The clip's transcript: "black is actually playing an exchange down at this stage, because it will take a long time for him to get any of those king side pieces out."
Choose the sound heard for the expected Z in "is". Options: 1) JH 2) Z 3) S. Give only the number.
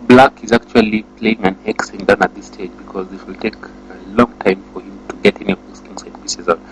2